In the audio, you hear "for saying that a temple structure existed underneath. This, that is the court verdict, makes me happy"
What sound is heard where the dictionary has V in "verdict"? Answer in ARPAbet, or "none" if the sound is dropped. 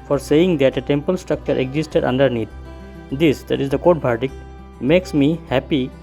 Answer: B